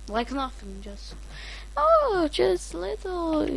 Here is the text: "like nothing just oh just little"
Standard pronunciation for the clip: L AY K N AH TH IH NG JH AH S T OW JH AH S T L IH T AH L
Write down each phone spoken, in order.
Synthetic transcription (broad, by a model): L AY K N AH F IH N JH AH S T OW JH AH S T L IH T L